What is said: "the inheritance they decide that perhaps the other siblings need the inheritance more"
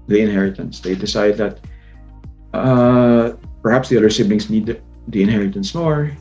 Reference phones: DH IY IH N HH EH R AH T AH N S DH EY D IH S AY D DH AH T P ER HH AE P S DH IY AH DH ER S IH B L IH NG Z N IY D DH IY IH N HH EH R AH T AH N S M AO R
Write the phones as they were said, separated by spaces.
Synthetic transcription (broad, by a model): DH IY IH N HH EH R AH T AH N S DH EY D IH S AY D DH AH T P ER HH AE P S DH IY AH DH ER S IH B N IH NG S N IY D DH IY IH N HH EH R AH T AH N S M AO R